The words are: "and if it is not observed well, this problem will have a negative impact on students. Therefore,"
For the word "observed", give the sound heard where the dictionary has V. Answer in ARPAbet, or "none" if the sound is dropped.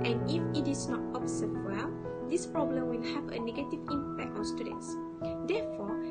none